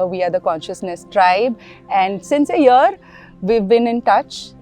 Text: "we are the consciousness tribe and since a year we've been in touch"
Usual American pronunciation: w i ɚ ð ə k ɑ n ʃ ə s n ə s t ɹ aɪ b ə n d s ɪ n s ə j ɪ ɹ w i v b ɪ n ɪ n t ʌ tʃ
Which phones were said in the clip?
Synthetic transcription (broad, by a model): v i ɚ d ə k ɑ n ʃ ə s n ə s t ɹ aɪ b ə n d s ɪ n s ə j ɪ ɹ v i v b ɪ n ɪ n t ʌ tʃ